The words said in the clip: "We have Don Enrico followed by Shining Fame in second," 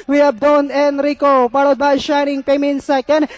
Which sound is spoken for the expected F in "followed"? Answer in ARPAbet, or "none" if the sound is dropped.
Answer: P